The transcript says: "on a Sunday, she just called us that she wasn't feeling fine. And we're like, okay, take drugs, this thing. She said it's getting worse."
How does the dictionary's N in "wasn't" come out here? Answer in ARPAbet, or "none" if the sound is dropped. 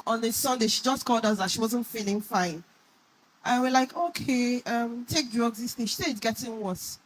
N